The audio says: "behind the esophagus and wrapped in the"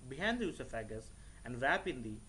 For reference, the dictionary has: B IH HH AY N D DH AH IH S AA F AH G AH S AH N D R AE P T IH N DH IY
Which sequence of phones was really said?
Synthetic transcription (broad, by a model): B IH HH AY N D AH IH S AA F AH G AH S AH N D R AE P IH N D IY